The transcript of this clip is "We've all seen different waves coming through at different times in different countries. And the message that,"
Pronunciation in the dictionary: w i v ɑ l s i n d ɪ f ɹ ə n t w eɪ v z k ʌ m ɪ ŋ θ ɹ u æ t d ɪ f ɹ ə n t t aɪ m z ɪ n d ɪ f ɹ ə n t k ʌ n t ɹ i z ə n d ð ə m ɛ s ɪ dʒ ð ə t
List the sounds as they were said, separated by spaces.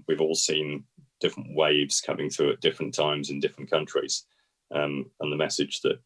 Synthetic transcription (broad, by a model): w i v ɑ l s i n d ɪ f ɹ ə n t w eɪ v z k ʌ m ɪ ŋ θ ɹ u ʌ t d ɪ f ɹ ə n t t aɪ m z ɪ n d ɪ f ɹ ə n k ʌ n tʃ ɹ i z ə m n ð ə m ɛ s ɪ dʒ ð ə t